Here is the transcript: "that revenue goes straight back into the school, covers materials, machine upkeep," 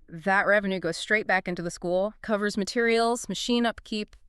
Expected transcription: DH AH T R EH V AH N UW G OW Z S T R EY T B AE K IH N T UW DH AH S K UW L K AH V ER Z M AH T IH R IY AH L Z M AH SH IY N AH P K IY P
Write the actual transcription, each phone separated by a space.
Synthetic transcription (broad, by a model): DH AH T R EH V AH N UW G OW Z S T R EY T B AE K IH N T UW DH AH S K UW L K AH V ER Z M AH T IH R IY L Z M AH SH IY N AH P K IY P